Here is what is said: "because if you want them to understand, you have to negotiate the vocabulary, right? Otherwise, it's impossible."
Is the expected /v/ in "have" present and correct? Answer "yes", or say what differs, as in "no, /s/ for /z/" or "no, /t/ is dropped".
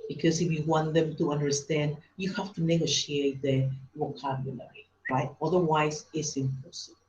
no, /f/ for /v/